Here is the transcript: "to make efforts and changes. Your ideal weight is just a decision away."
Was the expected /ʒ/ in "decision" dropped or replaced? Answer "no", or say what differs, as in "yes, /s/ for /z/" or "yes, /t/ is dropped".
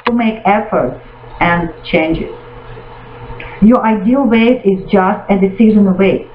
yes, /z/ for /ʒ/